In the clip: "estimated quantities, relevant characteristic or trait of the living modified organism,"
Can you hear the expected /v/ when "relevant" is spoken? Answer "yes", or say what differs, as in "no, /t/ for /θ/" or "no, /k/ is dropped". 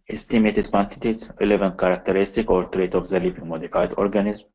yes